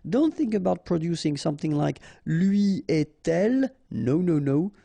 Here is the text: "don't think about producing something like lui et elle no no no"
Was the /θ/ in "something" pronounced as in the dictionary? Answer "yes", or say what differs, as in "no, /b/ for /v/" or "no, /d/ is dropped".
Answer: yes